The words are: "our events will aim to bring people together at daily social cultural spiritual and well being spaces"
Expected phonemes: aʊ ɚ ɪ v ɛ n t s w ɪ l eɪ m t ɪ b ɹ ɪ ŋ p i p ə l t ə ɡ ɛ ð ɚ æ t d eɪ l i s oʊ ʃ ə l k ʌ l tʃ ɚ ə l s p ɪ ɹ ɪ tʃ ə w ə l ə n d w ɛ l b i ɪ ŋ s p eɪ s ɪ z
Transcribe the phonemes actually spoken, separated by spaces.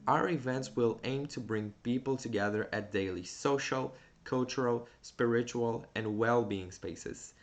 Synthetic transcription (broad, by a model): aʊ ɚ ɪ v ɛ n t s w ɪ l eɪ m t ɪ b ɹ ɪ ŋ p i p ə l t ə ɡ ɛ ð ɚ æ t d eɪ l i s oʊ ʃ ə l k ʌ l tʃ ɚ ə l s p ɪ ɹ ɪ tʃ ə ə l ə n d w ɛ l b i ɪ ŋ s p eɪ s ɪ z